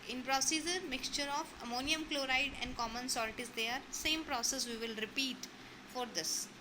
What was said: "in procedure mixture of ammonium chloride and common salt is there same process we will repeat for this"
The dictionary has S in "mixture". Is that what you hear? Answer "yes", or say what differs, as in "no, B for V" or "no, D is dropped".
yes